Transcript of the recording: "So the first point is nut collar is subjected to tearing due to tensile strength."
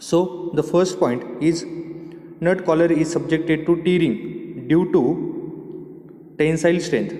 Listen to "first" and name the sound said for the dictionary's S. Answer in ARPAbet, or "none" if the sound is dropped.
S